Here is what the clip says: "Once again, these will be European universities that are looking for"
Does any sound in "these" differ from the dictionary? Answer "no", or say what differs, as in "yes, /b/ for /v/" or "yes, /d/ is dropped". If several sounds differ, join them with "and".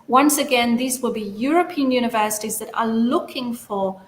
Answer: no